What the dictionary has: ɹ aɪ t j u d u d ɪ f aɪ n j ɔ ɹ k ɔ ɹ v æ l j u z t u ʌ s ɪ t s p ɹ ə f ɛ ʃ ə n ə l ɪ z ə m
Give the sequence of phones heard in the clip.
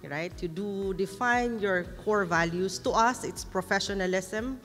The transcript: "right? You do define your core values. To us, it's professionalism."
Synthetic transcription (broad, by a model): ɹ aɪ t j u d u d ɪ f aɪ n j ɔ ɹ k ɔ ɹ v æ l j u s t u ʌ s ɪ t s p ɹ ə f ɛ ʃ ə n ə l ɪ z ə m